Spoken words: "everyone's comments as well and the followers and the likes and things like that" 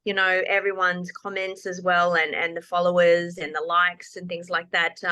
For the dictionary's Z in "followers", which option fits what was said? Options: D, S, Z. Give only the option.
Z